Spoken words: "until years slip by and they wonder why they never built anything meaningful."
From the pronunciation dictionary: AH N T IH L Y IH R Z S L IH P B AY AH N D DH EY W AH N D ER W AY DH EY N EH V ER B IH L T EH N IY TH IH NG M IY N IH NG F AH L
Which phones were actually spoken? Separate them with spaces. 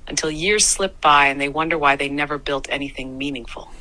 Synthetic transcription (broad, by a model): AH N T IH L Y IH R Z S L IH P B AY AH N DH EY W AH N D ER W AY DH EY N EH V ER B IH L T EH N IY TH IH NG M IY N IH NG F L